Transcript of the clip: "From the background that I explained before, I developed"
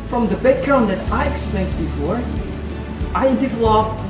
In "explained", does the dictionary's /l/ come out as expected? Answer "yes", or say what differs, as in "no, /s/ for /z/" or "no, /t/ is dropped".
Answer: no, /l/ is dropped